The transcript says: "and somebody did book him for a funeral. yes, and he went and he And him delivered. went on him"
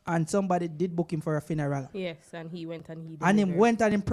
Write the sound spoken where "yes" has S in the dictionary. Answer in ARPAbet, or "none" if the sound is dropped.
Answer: S